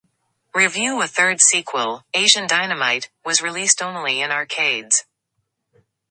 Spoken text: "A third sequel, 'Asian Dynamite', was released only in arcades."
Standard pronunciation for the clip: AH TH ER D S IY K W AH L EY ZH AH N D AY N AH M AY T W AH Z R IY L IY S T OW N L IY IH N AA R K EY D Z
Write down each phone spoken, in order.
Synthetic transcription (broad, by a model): AH TH ER D S IY K W AH L EY ZH AH N D AY N AH M AY T W AH Z R IY L IY S T OW N L IY IH N AA R K EY D Z